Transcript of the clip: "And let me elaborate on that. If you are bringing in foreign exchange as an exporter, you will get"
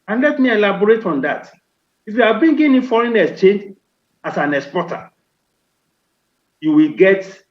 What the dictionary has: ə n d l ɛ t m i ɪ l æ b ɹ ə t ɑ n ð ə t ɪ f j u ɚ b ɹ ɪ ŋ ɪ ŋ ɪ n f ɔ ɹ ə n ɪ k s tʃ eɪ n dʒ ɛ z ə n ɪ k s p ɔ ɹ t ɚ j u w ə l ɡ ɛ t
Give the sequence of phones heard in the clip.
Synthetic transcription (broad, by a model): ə n l ɛ t m i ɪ l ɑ b ɹ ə t ɑ n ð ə t ɪ f j u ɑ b i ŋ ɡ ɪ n f ɔ ɹ ə n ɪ s tʃ eɪ n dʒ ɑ s ə n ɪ k s p ɔ t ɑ j u w ə l ɡ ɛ t